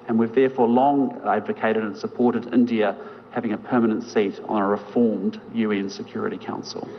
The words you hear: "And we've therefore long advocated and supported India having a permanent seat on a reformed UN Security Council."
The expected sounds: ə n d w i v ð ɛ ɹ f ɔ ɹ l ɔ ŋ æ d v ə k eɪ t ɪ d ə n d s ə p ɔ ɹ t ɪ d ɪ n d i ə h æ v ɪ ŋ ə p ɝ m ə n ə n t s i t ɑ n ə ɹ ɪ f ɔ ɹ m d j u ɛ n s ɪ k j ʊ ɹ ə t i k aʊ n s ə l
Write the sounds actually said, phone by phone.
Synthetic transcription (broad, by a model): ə n w i v ð ɛ ɹ f ɔ ɹ l ɔ ŋ æ d v ə k eɪ t ɪ d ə n s ə p ɔ ɹ t ɪ d ɪ n d i ə h æ v ɪ ŋ ə p ɝ m ə n ə n t s i t n ə ɹ ɪ f ɔ ɹ m d j u ɛ n s ɪ k j ʊ ɹ ə t i k aʊ n s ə l